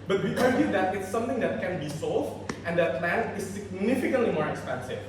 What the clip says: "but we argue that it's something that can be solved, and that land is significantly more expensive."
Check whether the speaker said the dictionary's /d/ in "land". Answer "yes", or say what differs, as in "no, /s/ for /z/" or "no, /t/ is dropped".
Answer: no, /d/ is dropped